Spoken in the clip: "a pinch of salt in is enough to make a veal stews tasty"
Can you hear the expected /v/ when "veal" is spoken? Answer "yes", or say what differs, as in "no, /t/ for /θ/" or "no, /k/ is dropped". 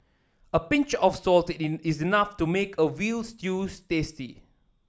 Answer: no, /w/ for /v/